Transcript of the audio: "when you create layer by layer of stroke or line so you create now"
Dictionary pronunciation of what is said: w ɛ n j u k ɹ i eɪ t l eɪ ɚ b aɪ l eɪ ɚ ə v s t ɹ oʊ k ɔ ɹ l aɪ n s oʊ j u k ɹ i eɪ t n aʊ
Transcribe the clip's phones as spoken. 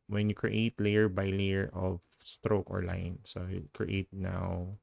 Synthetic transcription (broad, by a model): w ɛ n j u k ɹ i eɪ t l eɪ ɚ b aɪ l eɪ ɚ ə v s t ɹ oʊ k ɔ ɹ l aɪ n s oʊ j u k ɹ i eɪ t n aʊ